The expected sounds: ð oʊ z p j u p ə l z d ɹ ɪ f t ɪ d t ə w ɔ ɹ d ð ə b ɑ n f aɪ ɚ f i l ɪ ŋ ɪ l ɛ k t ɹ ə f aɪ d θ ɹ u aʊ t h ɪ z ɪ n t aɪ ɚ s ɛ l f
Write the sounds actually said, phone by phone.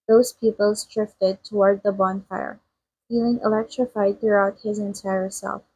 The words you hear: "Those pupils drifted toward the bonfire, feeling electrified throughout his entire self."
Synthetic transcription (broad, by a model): ð oʊ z p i p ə l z d ɹ ɪ f t ɪ d t ə w ɔ ɹ d ð ə b ɑ n f aɪ ɚ f i l ɪ ŋ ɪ l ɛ k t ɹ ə f aɪ d θ ɹ u aʊ t h ɪ z ɪ n t aɪ ɚ s ɛ l f